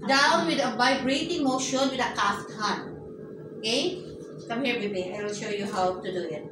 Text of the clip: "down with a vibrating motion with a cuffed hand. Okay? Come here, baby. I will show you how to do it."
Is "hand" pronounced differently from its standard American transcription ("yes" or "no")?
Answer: yes